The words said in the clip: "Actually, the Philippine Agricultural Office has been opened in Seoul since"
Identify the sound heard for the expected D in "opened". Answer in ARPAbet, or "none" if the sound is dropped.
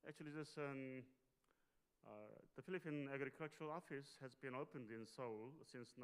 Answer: D